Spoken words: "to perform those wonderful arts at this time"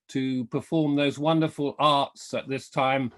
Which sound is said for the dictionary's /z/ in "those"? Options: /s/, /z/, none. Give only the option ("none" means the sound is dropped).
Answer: /z/